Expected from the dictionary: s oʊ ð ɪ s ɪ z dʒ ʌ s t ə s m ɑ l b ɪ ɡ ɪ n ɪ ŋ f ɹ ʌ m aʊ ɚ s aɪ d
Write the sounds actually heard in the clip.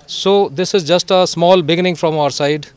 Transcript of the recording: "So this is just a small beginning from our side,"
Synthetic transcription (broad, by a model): s oʊ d ɪ s ɪ z dʒ ʌ s t ə s m ɑ l b ɪ ɡ ɪ n ɪ ŋ f ɹ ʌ m aʊ ɚ s aɪ d